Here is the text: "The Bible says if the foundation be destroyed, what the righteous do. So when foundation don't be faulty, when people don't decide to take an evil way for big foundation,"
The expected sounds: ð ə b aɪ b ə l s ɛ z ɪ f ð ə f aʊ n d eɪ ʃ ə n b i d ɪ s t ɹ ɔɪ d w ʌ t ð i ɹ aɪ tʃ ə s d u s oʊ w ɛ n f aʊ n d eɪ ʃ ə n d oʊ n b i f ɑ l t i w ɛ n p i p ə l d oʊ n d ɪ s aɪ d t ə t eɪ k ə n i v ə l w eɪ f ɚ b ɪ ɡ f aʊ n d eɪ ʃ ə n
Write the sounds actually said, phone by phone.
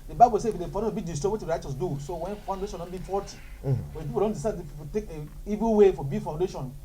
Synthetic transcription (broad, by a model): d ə b aɪ b ə l s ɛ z ɪ f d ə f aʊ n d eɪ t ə b i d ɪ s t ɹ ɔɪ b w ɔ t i ɹ aɪ tʃ ə s d u s oʊ w ɛ n f aʊ n d eɪ ʃ ə n d oʊ n b i f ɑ t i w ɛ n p i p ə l d oʊ n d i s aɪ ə t eɪ k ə i v ə l w eɪ f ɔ b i f aʊ n d eɪ ʃ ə n